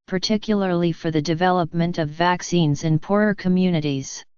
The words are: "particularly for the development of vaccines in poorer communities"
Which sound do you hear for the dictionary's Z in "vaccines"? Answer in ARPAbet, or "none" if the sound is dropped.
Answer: Z